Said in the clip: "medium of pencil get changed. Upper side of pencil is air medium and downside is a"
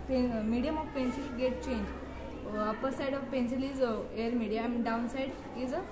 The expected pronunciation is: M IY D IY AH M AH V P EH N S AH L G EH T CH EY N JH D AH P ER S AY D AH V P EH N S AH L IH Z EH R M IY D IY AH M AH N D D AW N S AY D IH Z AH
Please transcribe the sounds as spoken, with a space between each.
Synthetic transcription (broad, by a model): M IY D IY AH M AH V P EH N S AH L G EH T CH EY N JH AH P ER S AY D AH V P EH N S AH L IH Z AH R M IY D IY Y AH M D D AW N S AY D IH Z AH